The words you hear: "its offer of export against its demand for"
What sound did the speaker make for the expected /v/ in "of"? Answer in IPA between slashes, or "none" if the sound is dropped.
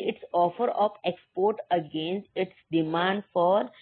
/p/